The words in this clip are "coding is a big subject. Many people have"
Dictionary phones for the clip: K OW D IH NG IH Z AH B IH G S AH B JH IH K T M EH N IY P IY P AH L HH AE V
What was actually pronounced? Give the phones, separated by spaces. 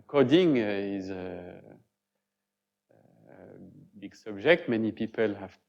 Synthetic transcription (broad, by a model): K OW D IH NG IH Z AH B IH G S AH B JH IH K T M EH N IY P IY P AH L HH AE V